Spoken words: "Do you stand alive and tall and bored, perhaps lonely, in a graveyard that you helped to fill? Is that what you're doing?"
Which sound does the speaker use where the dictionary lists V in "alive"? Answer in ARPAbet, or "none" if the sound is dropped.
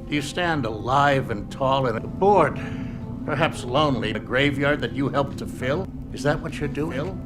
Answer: V